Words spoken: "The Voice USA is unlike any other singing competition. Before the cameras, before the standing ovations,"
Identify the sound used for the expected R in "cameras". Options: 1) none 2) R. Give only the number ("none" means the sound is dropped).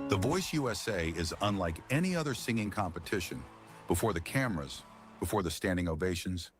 2